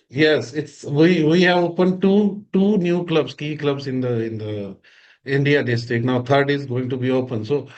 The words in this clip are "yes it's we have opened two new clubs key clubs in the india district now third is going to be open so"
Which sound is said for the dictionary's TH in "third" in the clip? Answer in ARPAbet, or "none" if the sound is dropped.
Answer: T